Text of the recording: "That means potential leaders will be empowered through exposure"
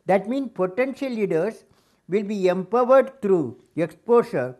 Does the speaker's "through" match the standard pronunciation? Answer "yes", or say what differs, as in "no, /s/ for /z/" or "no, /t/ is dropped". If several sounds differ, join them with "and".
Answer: no, /t/ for /θ/